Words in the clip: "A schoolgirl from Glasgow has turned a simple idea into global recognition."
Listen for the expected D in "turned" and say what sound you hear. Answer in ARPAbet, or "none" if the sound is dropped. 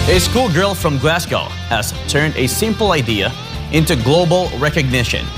D